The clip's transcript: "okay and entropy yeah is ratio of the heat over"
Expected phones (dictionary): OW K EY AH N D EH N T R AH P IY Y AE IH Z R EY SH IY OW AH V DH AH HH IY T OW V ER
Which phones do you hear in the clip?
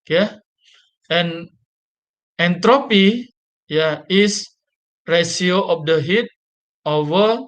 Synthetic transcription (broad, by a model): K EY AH N EH N T R AH P IY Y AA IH S R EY S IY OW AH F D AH HH IY T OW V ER